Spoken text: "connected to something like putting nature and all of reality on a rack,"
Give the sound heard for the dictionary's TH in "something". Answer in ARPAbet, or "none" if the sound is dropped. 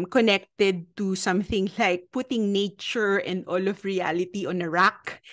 TH